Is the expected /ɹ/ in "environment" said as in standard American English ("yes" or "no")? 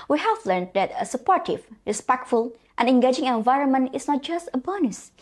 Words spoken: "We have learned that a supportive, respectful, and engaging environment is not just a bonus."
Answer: yes